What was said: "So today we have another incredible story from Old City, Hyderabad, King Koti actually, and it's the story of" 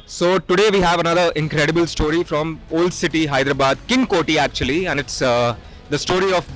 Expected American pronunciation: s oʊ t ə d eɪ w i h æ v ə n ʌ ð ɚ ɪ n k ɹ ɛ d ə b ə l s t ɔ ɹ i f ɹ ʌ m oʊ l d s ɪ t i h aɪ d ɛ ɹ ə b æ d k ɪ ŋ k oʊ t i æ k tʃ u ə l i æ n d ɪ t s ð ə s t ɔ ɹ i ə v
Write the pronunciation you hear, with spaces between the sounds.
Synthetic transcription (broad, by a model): s oʊ t ə d eɪ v i h æ v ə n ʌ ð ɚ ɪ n k ɹ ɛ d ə b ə l s t ɔ ɹ i f ɹ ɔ m oʊ l d s ɪ t i h aɪ d ɹ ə b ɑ d k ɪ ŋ k oʊ t i æ k tʃ u ə l i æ n d ɪ t s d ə s t ɔ ɹ i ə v